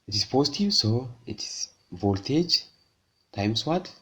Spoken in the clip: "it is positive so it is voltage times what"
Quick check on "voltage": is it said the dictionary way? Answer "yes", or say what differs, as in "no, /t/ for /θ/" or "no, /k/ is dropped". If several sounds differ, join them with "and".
yes